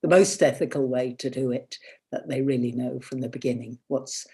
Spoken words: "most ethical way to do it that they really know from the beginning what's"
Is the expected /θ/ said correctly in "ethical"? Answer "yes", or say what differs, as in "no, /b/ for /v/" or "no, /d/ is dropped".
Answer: yes